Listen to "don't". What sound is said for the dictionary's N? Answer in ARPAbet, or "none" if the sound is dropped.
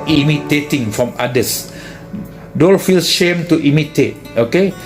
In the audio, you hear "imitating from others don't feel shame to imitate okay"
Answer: L